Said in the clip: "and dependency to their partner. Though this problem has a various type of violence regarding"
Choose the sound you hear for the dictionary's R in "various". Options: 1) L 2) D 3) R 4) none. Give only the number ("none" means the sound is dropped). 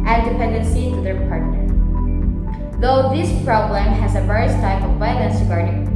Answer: 3